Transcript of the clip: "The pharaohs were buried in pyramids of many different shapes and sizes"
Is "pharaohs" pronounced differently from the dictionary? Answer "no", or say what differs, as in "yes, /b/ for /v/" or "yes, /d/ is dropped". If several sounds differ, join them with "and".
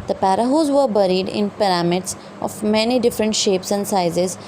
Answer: yes, /p/ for /f/